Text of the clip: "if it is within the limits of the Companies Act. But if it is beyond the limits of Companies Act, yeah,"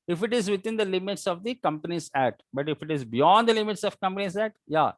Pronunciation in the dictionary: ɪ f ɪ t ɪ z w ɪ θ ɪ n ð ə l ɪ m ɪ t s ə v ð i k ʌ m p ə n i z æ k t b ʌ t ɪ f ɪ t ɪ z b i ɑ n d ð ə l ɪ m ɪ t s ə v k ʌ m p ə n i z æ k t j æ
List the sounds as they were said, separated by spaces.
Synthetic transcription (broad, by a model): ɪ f ɪ t ɪ z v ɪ t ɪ n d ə l ɪ m ɪ t s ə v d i k ʌ m p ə n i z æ t b ʌ t ɪ f ɪ t ɪ z b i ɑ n d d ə l ɪ m ɪ t s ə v k ʌ m p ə n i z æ t j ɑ